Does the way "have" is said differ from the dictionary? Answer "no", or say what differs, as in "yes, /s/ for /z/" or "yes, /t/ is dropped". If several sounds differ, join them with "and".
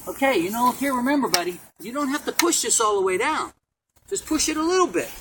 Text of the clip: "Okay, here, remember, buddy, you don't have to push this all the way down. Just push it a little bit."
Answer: yes, /f/ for /v/